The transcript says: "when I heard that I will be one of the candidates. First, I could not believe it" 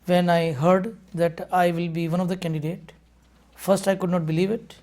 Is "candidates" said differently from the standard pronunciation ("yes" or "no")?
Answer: yes